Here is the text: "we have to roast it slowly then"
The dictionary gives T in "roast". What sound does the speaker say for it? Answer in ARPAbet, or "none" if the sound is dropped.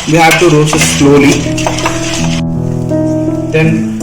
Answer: none